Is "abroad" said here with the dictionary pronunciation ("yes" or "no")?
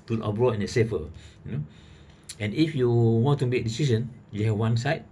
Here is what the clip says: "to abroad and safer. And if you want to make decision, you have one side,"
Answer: no